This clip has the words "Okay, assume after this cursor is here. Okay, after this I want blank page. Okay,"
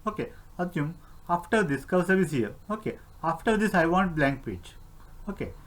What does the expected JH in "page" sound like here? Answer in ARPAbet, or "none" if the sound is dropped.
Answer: CH